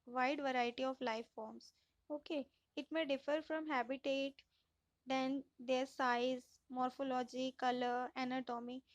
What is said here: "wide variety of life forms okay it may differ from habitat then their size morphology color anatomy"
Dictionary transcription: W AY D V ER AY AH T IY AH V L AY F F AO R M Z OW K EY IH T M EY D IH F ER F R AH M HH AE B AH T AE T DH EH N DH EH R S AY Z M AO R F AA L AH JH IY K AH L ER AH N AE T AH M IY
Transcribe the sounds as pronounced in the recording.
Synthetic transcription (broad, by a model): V AY D V ER AY AH T IY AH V L AY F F AO R M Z OW K EY IH T M EY D IH F ER F R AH M HH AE B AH T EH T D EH N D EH R S AY Z M AO R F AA L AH JH IY K AH L ER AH N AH T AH M IY